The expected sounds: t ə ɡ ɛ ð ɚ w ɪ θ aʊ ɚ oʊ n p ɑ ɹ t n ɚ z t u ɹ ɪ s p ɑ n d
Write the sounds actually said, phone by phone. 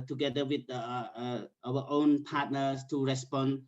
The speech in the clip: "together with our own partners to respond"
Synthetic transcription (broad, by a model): t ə ɡ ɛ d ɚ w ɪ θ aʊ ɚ oʊ n p ɑ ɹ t n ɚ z t u ɹ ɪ s p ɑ n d